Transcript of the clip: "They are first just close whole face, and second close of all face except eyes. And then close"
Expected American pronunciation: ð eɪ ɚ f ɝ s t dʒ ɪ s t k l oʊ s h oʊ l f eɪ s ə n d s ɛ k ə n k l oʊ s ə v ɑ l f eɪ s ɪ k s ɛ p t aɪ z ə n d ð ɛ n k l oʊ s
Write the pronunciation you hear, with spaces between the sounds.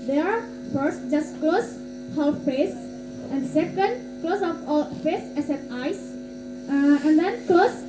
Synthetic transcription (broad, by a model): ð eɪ ɚ f ɝ s t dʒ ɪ s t k l oʊ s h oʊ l f eɪ s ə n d s ɛ k ə n k l oʊ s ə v ɑ l f eɪ s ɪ s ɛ t aɪ s ə n d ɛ n k l oʊ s